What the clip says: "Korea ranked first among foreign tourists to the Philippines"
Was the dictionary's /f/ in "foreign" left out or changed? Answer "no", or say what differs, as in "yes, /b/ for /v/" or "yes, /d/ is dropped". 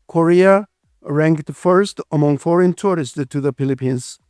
no